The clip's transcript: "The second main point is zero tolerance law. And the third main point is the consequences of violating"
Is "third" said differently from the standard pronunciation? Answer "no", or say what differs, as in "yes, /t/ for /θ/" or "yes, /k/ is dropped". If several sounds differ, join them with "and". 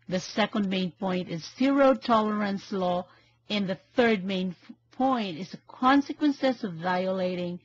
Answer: no